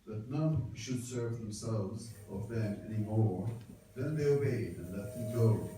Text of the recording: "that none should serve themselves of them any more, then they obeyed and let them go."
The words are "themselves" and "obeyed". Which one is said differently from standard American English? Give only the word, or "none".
none